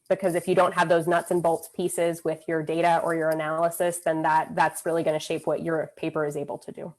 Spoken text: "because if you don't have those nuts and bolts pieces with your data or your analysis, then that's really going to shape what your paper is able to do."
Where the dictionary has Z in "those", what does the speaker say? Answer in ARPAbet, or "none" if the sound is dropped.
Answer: Z